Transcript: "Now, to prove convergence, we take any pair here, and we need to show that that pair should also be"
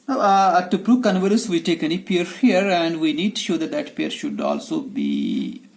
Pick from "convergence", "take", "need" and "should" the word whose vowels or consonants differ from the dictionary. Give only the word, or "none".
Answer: convergence